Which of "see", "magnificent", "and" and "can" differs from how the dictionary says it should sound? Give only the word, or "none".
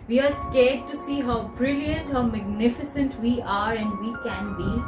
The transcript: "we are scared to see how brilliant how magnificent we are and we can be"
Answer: none